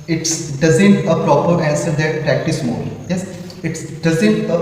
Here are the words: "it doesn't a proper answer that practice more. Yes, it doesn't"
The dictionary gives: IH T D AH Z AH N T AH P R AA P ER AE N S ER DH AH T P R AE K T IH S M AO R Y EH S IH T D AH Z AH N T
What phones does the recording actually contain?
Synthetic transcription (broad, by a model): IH T D AH Z AH N T AH P R AA P ER AE N S ER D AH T P R AE K T IH S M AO L Y EH S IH T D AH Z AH N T